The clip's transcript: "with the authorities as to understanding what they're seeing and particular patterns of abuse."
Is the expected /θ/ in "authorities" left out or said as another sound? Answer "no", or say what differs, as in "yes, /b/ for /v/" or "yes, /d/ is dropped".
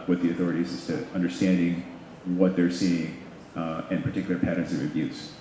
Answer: no